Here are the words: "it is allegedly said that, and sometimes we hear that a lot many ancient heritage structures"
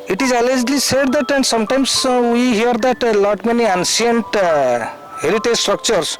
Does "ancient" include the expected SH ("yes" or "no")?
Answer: no